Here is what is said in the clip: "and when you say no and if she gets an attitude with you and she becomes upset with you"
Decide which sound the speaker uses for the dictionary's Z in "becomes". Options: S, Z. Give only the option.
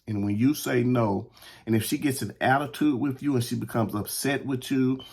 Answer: Z